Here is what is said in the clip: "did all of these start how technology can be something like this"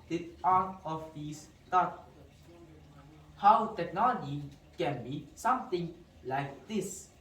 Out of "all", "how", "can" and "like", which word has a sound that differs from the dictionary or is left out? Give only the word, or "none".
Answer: all